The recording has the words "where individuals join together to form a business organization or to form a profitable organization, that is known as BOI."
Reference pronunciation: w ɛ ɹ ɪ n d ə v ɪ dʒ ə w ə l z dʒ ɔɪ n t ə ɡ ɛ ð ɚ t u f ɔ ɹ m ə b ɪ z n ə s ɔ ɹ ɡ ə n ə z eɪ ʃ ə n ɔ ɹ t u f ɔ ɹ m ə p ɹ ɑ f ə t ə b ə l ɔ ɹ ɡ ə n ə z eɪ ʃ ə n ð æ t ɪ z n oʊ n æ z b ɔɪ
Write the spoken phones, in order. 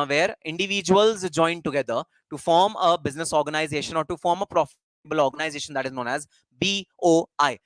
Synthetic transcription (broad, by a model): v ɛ ɹ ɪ n d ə v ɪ dʒ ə ə l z dʒ ɔɪ n t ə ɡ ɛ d ɚ t u f ɔ ɹ m ə b ɪ z n ə s ɔ ɹ ɡ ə n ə z eɪ ʃ ə n ɔ ɹ t u f ɔ ɹ m ə p ɹ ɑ f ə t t b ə l ɔ ɹ ɡ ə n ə z eɪ ʃ ə n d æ t ɪ z n oʊ n æ z b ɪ